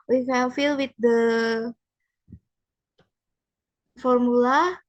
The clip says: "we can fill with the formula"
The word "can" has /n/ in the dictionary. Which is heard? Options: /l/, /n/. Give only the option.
/l/